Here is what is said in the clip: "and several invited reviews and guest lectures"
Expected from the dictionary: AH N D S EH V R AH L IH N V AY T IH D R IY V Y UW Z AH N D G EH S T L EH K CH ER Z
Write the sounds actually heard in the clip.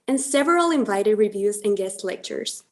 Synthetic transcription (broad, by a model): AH N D S EH V R AH L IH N V AY T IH D R IY V Y UW Z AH N G EH S T L EH K CH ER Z